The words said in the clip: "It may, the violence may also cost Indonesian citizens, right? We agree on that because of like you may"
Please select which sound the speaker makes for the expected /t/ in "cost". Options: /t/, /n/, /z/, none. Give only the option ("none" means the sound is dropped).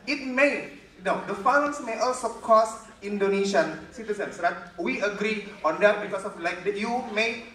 none